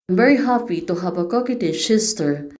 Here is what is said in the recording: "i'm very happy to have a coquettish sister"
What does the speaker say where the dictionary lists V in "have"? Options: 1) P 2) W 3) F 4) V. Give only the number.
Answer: 1